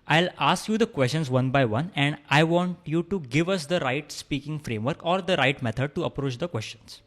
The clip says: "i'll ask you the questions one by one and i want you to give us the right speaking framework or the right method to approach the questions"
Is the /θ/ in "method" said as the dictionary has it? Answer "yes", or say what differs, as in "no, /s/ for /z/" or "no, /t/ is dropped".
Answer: no, /t/ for /θ/